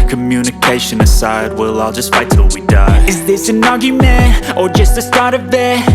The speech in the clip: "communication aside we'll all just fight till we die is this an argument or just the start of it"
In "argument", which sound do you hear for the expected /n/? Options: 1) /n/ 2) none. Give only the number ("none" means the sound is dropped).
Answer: 2